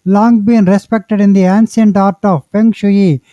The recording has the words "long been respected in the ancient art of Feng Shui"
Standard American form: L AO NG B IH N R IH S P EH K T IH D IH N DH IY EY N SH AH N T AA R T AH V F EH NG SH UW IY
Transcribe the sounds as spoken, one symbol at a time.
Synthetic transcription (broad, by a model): L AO NG B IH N R IH S P EH K T IH D IH N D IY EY N S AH N T AA R T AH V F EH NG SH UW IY